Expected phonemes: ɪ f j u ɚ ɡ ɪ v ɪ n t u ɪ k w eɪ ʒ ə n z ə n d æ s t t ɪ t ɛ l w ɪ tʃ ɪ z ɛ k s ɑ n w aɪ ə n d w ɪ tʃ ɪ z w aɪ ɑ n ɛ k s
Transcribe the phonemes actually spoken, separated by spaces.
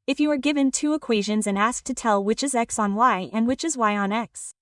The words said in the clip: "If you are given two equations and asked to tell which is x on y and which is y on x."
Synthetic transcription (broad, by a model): ɪ f j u ɚ ɡ ɪ v ɪ n t u ɪ k w eɪ ʒ ə n z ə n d æ s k t ɪ t ɛ l w ɪ tʃ ɪ z ɛ k s n w aɪ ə n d w ɪ tʃ ɪ z w aɪ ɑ n ɛ k s